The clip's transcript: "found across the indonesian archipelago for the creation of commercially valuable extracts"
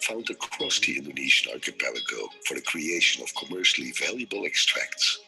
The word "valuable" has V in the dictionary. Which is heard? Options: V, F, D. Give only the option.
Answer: V